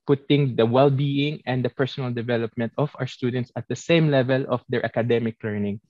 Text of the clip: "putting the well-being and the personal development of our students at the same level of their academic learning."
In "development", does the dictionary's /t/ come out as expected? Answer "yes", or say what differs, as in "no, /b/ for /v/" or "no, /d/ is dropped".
yes